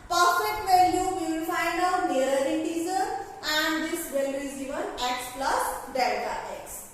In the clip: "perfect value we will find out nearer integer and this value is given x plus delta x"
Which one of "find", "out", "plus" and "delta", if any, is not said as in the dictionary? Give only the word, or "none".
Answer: delta